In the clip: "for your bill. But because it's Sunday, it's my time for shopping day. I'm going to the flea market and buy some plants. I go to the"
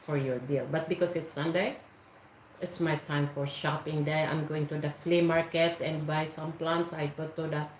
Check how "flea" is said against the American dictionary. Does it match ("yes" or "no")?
yes